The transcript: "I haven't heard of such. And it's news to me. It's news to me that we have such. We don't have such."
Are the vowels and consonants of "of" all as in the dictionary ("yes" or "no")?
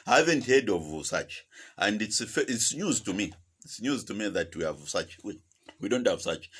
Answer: yes